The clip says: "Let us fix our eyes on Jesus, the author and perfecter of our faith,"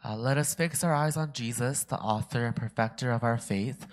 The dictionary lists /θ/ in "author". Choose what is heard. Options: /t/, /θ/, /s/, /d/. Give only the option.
/θ/